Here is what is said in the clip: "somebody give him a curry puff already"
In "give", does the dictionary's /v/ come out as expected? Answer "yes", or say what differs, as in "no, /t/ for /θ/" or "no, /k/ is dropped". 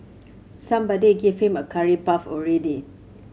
no, /f/ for /v/